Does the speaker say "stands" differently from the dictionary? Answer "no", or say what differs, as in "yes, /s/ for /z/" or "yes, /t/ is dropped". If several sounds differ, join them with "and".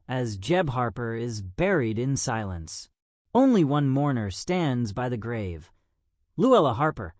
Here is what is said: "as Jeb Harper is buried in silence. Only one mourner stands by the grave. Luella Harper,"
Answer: no